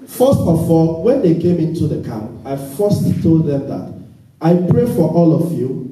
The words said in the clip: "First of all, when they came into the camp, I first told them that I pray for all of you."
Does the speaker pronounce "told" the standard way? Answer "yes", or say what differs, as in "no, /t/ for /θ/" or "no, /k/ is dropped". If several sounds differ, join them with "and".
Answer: yes